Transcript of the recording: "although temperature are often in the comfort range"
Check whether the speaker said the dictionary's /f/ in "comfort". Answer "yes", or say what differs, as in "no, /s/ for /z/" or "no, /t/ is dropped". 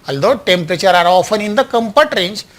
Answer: no, /p/ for /f/